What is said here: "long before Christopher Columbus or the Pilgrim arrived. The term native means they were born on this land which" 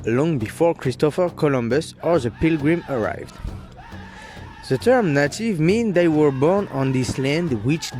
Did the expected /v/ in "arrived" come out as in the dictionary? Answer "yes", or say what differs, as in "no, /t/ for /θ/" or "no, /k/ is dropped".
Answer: yes